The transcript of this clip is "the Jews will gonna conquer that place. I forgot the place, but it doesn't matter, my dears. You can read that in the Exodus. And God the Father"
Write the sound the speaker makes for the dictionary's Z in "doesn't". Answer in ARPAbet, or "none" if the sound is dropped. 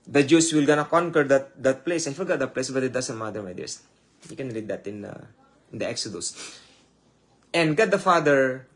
S